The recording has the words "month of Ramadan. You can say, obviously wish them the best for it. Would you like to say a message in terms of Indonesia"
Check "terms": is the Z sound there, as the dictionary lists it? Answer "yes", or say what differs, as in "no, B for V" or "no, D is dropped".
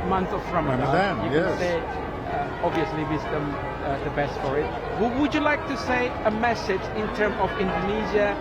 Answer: no, Z is dropped